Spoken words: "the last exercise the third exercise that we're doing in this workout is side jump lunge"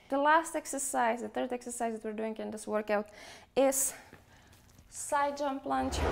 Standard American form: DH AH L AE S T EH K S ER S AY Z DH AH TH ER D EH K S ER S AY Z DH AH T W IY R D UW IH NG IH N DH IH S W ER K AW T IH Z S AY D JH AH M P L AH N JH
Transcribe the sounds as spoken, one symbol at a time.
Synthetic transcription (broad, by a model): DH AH L AE S T EH K S ER S AY Z DH AH TH ER D EH K S ER S AY Z DH AH T W IY R D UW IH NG IH N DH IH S W ER K AW T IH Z S AY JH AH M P L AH N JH